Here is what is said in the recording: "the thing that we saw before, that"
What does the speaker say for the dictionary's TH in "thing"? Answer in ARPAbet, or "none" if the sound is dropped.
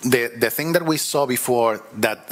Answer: TH